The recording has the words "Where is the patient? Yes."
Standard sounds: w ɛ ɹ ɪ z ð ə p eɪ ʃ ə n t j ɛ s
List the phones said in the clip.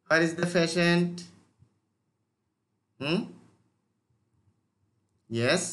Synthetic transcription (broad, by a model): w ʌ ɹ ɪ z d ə f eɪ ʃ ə n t j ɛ s